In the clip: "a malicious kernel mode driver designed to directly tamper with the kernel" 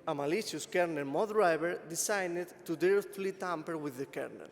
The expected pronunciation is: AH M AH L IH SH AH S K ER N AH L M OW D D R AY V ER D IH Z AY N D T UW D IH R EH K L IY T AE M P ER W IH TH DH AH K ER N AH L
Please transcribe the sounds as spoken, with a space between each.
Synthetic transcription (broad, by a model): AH M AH L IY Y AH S K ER N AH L M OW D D R AY B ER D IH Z AY N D T UW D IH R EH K L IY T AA M P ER W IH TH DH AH K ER N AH L